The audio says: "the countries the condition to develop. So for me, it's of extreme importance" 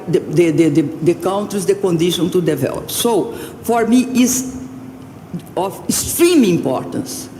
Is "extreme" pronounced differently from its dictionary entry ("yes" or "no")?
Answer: yes